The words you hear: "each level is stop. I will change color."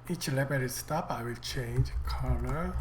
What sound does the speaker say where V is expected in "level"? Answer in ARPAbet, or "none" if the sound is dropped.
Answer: B